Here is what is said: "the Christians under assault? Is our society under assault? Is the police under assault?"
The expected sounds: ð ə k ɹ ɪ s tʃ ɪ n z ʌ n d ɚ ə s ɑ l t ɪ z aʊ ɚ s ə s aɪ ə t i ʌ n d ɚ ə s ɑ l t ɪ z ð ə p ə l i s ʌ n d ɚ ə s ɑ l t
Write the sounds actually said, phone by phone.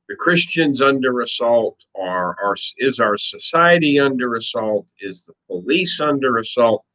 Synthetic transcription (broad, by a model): ð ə k ɹ ɪ s tʃ ɪ n z ʌ n d ɚ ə s ɑ l t ɪ z aʊ ɚ s ə s aɪ ə t i ʌ n d ɚ ə s ɑ l t ɪ z ð ə p ə l i s ʌ n d ɚ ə s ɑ l t